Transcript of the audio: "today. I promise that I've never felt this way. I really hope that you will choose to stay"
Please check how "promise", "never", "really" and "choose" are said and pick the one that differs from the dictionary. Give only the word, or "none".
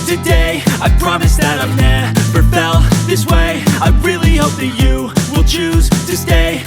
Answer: never